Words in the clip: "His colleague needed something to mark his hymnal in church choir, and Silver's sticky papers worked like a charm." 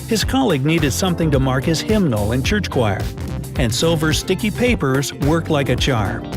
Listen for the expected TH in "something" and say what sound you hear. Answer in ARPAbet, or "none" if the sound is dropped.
TH